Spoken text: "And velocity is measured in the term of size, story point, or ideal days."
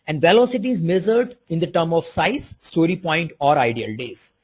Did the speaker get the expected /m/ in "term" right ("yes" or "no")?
yes